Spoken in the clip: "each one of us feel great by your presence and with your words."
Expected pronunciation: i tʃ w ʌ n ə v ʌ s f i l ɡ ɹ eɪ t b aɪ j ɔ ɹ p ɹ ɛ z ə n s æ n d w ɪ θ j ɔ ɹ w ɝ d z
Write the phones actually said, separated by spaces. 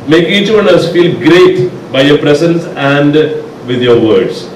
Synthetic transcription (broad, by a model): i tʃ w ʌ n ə ʌ s f i l ɡ ɹ eɪ t b aɪ j ɔ ɹ p ɹ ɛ s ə n s æ n d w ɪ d j ɔ ɹ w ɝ d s